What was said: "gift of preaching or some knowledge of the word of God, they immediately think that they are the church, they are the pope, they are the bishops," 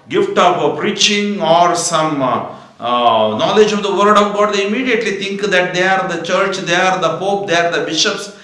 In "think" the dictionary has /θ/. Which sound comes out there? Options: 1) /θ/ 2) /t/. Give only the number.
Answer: 2